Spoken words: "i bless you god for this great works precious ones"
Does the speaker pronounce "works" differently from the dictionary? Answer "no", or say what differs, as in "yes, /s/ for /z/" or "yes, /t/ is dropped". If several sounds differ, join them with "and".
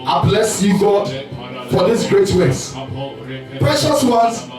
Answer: yes, /k/ is dropped